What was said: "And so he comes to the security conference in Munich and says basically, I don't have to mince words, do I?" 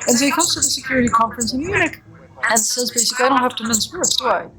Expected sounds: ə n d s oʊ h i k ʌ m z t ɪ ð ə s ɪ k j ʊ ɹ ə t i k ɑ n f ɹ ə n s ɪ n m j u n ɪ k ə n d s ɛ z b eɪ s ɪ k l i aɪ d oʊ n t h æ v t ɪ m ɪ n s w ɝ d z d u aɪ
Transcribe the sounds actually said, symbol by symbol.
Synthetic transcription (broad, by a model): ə n s oʊ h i k ʌ m z t ɪ ð ə s ɪ k j ʊ ɹ ə t i k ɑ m f ɹ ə n s ɪ n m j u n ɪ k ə n s ɛ z b eɪ s ɪ k l i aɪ d oʊ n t h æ f t ɪ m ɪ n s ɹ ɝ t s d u aɪ